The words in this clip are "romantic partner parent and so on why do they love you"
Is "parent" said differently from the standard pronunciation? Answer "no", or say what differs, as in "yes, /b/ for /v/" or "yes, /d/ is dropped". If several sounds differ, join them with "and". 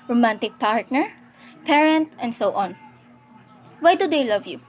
no